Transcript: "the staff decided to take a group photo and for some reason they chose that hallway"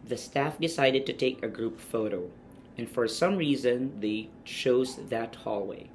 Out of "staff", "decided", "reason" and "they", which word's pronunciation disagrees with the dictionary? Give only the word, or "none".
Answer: none